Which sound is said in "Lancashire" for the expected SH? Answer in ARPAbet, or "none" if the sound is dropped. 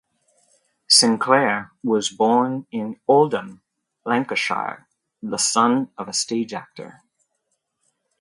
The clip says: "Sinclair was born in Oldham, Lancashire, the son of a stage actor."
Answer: SH